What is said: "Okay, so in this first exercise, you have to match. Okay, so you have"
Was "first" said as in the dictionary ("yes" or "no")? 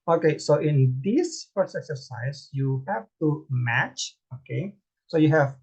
no